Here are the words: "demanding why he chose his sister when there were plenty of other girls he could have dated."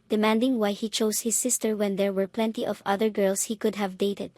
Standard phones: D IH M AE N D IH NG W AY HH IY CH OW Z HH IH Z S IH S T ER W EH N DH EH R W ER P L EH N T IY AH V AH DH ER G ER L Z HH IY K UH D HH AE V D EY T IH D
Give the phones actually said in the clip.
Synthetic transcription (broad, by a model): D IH M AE N D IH NG W AY HH IY CH OW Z HH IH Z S IH S T ER W EH N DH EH R W ER P L EH N T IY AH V AH DH ER G ER L S HH IY K UH D HH AE V D EY T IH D